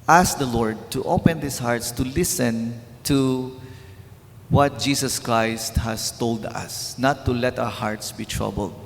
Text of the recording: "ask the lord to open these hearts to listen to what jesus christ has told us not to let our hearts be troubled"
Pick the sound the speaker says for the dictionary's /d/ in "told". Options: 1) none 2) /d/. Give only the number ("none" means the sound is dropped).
2